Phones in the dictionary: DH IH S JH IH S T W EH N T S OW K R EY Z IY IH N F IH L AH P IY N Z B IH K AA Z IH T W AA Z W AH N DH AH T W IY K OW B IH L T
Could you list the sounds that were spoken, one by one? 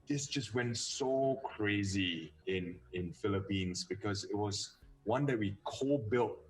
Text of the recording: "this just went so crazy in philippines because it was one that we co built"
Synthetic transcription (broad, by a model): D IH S JH IH S T W EH N T S OW K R EY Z IY IH N F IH L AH P IY N S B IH K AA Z IH T W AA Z W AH N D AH T W IY K OW B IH L T